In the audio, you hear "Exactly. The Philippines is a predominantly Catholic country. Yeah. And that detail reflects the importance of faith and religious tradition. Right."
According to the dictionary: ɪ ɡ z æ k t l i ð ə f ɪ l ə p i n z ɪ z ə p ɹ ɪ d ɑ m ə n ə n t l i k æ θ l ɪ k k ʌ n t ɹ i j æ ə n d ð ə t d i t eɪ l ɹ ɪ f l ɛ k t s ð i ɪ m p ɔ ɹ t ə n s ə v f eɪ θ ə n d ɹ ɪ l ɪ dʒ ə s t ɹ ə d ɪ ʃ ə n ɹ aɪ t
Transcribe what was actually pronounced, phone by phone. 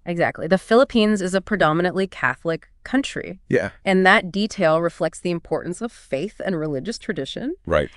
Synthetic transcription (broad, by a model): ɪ ɡ z æ k t l i ð ə f ɪ l ə p i n z ɪ z ə p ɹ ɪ d ɑ m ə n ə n t l i k æ θ l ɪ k k ʌ n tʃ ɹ i j æ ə n ð ə t d i t eɪ l ɹ ɪ f l ɛ k t s ð i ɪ m p ɔ ɹ t n s ə v f eɪ θ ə n ɹ ɪ l ɪ dʒ ə s t ɹ ə d ɪ ʃ ə n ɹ aɪ t